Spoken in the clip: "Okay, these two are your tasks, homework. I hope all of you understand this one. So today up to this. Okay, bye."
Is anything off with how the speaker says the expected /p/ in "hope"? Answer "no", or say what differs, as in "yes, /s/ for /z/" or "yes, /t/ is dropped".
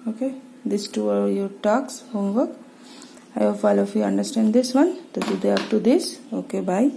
yes, /f/ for /p/